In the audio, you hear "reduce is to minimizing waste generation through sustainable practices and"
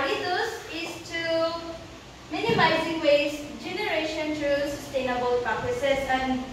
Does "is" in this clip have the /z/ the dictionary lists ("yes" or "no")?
no